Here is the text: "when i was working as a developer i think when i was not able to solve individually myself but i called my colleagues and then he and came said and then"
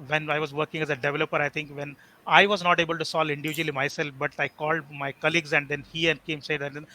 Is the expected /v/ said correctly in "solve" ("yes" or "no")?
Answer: no